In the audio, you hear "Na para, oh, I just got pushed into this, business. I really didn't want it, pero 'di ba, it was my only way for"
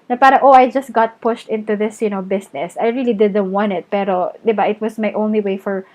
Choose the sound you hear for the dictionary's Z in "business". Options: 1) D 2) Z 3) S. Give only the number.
3